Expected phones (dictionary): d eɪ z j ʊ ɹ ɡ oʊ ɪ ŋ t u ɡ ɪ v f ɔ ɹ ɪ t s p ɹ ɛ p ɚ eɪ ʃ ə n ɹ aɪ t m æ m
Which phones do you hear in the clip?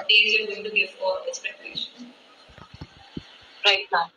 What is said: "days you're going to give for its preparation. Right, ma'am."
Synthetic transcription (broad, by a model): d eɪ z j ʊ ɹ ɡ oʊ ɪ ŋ t u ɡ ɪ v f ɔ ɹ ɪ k s p ɛ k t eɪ ʃ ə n ɹ aɪ t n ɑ